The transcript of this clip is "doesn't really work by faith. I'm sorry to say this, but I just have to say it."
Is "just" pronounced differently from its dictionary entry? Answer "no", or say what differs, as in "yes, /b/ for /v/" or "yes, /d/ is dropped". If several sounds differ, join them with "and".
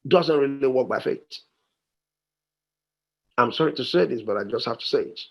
no